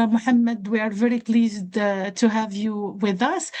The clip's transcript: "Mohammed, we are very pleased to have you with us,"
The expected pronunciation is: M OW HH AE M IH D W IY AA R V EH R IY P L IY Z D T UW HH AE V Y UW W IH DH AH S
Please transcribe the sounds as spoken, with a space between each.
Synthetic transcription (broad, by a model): M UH HH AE M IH D W IY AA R V EH R IY P L IY Z D T UW HH AE V Y UW W IH DH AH S